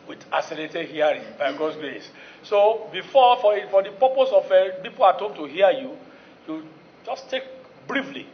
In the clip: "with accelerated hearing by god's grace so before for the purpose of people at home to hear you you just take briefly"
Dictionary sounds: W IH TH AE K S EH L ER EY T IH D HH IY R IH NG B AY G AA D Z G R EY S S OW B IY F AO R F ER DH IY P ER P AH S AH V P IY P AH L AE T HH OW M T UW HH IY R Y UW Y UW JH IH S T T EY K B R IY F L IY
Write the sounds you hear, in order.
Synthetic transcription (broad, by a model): W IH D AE S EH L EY T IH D HH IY R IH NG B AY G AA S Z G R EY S S OW B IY F AO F F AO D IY P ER P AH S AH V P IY P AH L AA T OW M T UW HH IY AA Y UW Y UW JH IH S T T EY K B R IY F L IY